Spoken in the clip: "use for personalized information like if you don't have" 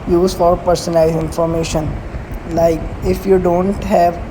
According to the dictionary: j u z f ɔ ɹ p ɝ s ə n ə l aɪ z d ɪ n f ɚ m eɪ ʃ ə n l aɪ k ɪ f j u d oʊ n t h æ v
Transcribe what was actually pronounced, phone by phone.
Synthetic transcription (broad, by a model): j u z f ɔ ɹ p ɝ s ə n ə ɪ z ɪ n f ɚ m eɪ ʃ ə n l aɪ k ɪ f j u d oʊ n t h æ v